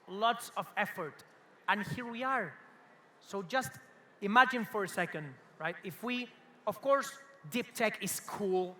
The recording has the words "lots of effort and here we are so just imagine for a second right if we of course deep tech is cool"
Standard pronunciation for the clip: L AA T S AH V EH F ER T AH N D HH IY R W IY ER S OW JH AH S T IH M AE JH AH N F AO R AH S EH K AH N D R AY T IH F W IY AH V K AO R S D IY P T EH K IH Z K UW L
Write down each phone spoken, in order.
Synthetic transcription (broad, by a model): L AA T S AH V EH F ER T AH N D HH IY R W IY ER S OW JH AH S T IH M AE JH AH N F AO R AH S EH K AH N D R AY T IH F W IY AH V K AO R S D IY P T EH K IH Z K UW L